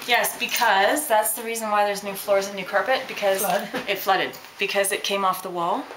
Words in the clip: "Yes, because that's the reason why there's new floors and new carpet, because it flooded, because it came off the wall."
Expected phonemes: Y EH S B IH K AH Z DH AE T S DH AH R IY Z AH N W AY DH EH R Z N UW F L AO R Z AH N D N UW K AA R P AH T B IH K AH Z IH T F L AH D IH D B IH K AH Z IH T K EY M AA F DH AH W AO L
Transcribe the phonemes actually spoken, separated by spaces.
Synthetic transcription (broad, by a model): Y EH S B IH K AH Z DH AE T S DH AH R IY Z AH N W AY DH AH R Z N UW F L AO R Z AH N N UW K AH R P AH T B IH K AH Z IH T F L AH D IH D B IH K AH Z IH T K EY M AA F DH AH W AO L